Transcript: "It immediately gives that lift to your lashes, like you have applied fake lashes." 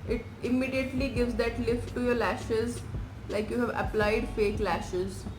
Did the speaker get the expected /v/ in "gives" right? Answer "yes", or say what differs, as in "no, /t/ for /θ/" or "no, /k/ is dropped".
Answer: yes